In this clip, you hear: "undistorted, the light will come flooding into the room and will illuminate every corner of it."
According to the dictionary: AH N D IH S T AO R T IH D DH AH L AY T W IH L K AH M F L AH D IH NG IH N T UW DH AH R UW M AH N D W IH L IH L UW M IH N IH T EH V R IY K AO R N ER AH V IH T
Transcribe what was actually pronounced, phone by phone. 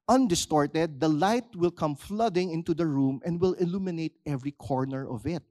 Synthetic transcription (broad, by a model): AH N D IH S T AO R T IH D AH L AY T W IH L K AH M F L AH D IH NG IH N T UW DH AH R UW M AH N D W IH L IH L UW M IH N IH T EH V R IY K AO R N ER AH V IH T